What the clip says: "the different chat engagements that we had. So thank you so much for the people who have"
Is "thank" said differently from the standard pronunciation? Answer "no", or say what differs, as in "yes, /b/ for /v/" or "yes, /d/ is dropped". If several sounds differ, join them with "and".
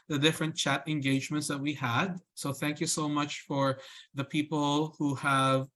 no